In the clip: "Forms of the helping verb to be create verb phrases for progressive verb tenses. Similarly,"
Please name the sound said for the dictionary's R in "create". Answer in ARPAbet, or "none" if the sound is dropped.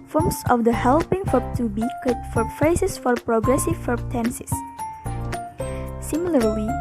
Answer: none